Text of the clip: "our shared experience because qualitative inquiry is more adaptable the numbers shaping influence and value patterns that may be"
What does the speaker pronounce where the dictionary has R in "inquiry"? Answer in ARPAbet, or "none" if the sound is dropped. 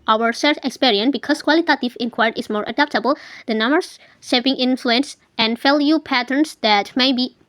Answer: none